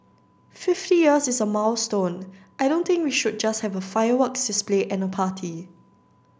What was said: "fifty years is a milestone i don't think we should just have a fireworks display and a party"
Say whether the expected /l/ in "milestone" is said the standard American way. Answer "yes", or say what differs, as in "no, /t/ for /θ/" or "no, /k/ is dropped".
no, /w/ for /l/